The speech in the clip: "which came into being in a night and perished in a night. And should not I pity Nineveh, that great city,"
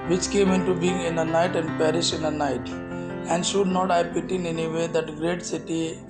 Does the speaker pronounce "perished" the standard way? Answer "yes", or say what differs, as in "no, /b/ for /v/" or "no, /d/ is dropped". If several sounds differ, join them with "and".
no, /t/ is dropped